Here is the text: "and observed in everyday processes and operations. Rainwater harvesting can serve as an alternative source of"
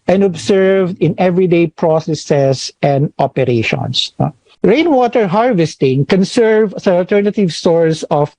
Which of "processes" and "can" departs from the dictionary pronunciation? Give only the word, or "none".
processes